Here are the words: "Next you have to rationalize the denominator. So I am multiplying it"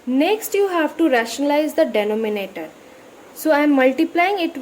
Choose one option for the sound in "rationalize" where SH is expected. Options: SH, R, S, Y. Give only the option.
SH